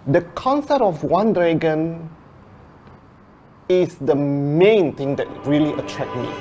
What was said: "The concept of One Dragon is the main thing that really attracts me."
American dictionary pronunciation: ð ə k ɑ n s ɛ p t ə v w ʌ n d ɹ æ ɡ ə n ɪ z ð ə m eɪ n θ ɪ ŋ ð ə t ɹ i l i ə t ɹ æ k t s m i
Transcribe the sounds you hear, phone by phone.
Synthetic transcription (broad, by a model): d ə k ɑ n s ɛ p t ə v w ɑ n d ɹ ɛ ɡ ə n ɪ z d ə m eɪ n t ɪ ŋ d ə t ɹ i l i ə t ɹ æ k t m i